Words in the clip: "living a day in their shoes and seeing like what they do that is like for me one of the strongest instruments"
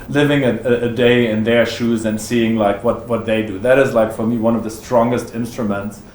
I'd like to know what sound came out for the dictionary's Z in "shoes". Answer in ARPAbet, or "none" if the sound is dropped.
Z